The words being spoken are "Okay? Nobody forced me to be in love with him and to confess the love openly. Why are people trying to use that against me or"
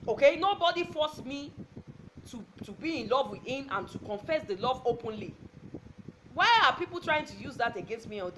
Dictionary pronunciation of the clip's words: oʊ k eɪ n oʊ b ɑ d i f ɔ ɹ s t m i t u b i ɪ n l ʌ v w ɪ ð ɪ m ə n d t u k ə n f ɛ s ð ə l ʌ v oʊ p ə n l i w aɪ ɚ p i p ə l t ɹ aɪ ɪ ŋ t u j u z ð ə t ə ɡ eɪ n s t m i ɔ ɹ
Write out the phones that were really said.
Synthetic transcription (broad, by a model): oʊ k eɪ n oʊ b ɑ d i f ɔ s m i t u b i ɪ n l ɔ v w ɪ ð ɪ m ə n t u k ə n f ɛ s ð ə l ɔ v oʊ p ə n l i w aɪ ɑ p i p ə l t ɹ aɪ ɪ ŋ t u j u z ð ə t ə ɡ eɪ n s t m i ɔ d